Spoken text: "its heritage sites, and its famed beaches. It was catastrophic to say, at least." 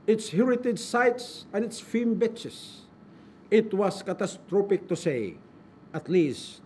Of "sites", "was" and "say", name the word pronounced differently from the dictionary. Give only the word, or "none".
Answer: was